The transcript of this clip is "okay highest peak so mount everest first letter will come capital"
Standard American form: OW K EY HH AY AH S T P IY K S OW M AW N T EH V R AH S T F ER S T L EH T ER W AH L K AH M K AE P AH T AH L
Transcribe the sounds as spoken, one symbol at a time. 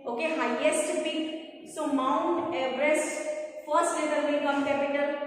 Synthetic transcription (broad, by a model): OW K EY HH AY AH S T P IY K S OW M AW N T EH B R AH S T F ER S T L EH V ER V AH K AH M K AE P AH T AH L